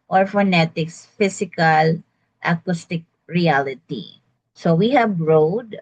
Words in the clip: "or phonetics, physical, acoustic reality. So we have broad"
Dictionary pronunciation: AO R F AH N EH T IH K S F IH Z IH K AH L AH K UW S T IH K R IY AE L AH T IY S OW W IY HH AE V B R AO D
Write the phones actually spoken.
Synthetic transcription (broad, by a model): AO R F AH N EH T IH K S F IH S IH K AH L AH K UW S T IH K R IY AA L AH T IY S OW W IY HH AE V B R AO D